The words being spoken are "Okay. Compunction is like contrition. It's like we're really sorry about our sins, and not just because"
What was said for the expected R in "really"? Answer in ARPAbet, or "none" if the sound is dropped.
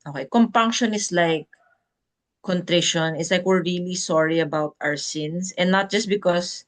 R